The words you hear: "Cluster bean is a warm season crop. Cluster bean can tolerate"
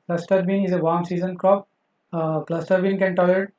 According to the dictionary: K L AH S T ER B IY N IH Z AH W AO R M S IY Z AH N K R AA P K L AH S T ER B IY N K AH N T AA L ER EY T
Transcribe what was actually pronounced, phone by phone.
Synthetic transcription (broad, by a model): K L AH S T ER B IY N IH Z AH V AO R M S IY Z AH N K R AA P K L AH S T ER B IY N K AH N T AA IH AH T